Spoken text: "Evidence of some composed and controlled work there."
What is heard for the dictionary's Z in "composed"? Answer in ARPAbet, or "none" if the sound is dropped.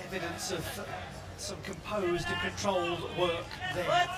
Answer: Z